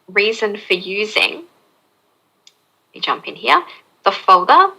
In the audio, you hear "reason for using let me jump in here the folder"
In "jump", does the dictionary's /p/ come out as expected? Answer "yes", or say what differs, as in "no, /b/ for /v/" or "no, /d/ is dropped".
yes